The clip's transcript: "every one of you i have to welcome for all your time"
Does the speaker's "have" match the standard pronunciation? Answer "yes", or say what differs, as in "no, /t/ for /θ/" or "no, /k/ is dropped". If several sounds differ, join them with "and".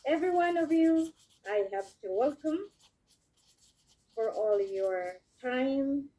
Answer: no, /p/ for /v/